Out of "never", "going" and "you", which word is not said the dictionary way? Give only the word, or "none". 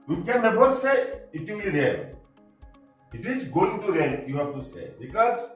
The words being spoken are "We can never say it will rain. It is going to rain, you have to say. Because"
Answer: never